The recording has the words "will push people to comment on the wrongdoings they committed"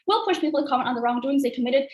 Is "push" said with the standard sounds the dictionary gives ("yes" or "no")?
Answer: yes